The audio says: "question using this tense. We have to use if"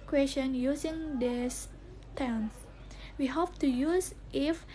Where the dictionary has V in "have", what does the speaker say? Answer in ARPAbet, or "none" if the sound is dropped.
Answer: P